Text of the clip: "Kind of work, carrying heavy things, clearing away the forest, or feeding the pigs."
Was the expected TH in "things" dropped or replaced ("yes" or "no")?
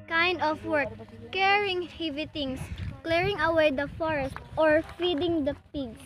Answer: yes